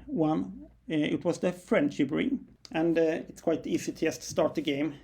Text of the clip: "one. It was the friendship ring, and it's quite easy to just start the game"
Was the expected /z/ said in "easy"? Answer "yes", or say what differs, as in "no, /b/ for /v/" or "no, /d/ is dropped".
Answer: no, /s/ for /z/